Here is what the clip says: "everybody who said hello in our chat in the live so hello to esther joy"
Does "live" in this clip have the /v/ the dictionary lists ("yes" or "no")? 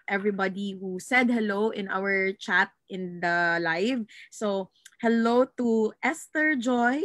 yes